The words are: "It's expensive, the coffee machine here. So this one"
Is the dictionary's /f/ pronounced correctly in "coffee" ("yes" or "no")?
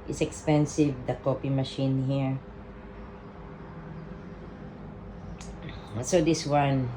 no